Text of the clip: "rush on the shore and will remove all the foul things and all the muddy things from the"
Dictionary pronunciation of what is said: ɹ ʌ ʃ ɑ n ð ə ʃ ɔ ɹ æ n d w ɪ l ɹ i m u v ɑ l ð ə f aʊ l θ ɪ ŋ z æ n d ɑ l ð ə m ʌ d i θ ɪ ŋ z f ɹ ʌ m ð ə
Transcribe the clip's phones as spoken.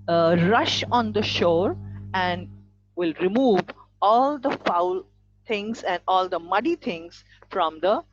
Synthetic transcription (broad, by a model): ɹ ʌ ʃ ɑ n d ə ʃ ɔ ɹ æ n d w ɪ l ɹ i m u v ɑ l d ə f aʊ l t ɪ ŋ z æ n d ɑ l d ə m ʌ d i t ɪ ŋ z f ɹ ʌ m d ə